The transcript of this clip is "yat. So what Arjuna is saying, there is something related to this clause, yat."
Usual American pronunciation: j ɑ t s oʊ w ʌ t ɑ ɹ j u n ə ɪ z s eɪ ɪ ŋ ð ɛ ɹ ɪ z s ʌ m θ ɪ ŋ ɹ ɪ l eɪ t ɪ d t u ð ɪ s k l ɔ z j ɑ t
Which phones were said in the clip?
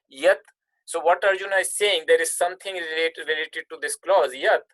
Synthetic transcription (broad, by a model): j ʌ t s oʊ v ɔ t ɑ ɹ j u n ə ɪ s eɪ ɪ ŋ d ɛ ɹ ɪ z s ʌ m t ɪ ŋ ɹ ɪ l eɪ t ɪ d t u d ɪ s k l ɔ z j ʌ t